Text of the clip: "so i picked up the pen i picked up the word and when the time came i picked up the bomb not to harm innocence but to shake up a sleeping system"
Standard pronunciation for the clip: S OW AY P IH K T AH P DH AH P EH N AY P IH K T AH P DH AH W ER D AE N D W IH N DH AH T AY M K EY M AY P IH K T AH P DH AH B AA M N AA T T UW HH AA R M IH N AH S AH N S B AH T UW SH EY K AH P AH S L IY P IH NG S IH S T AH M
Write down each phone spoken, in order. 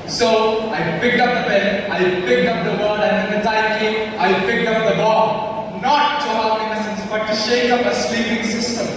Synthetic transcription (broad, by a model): S OW AY P IH K T AH P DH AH B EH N AY P IH K T AH P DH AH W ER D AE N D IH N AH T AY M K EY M AY P IH K T AH P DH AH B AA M N AA T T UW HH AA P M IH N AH S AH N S B AH T UW SH EY K AH P AH S L IY P IH NG S IH S T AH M